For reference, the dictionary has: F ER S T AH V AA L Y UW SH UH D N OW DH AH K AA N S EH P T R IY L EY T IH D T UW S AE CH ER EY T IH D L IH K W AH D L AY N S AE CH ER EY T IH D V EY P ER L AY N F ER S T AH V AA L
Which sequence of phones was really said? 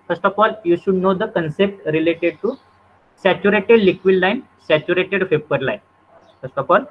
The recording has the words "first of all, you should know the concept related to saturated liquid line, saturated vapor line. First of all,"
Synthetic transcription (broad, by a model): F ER S T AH F AA L Y UW SH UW D N OW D AH K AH N S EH P T R IY L EY T IH D T UW S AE CH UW EY T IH D L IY K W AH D L AY N S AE CH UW EY T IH D F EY P ER L AY N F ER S T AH F AA L